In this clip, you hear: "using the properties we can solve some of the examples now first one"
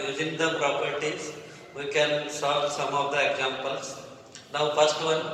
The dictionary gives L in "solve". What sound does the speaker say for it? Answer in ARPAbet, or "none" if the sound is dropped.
none